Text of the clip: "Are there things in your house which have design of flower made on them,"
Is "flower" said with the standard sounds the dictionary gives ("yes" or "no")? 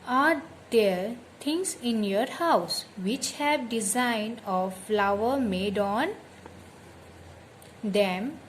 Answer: yes